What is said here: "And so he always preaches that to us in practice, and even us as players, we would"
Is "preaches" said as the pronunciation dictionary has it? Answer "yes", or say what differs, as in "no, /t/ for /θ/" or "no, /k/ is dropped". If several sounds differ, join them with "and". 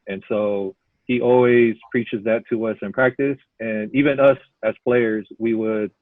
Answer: yes